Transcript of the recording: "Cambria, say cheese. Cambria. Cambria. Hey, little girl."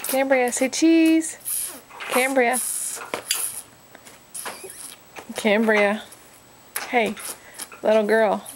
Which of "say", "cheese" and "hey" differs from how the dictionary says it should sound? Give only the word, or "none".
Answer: none